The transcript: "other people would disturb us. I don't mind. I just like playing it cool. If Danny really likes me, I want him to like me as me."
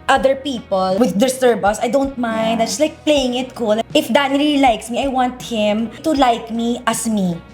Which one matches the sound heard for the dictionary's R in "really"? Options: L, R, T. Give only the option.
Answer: L